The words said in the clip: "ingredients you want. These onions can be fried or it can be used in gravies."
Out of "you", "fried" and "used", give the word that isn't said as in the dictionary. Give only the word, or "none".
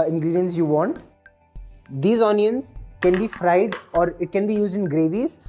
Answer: none